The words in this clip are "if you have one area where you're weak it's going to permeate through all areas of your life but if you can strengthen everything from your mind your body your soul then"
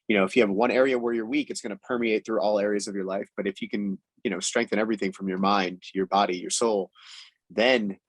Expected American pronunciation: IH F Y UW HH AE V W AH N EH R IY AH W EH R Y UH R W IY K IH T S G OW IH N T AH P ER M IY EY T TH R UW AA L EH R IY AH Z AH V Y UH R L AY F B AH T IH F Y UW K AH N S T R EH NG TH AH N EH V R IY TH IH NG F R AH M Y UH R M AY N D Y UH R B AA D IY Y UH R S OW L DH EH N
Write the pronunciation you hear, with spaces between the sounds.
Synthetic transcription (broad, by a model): IH F Y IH V W AH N EH R IY AH W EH R Y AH R W IY K IH T S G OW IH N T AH P ER M IY EY T TH R UW AA L EH R IY AH Z AH V Y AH R L AY F B AH T IH F Y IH K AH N S T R EH NG TH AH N EH V R IY TH IH NG F R AH M Y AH R M AY N D Y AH R B AA D IY Y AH R S OW L DH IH N